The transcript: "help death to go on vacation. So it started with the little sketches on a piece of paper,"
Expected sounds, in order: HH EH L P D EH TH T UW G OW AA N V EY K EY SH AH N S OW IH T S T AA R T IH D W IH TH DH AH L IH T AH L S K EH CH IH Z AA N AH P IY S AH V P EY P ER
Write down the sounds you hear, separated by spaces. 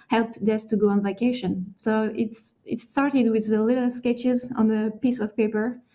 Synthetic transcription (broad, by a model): HH EH L P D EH S T UW G OW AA N V EY K EY SH AH N S OW IH T S T AA R T IH D W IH DH AH L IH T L S K EH CH IH Z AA N AH P IY S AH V P EY P ER